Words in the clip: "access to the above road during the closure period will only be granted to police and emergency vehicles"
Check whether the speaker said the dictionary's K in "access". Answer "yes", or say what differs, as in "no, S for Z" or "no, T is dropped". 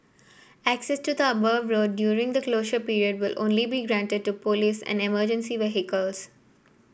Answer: yes